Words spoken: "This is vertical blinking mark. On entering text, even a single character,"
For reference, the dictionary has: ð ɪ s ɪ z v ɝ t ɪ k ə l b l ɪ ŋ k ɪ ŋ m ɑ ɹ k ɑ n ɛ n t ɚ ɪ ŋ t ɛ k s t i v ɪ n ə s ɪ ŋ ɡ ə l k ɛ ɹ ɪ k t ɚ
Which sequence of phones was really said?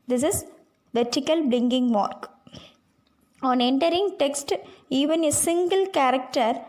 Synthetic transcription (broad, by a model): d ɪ s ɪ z v ɝ t ɪ k ə l b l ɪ ŋ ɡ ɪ ŋ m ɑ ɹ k ɑ n ɛ n t ɚ ɪ ŋ t ɛ k s t i v ɪ n ə s ɪ ŋ ɡ ə l k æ ɹ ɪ k t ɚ